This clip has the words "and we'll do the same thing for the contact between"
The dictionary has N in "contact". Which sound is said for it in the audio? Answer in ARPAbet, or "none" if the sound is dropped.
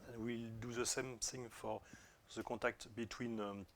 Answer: none